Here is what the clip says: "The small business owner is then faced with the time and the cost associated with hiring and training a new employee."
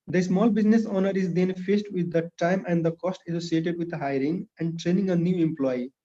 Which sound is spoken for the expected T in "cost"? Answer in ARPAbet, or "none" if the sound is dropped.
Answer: T